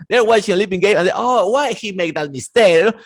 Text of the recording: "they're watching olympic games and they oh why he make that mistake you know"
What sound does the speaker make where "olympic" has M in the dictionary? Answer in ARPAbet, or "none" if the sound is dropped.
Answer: none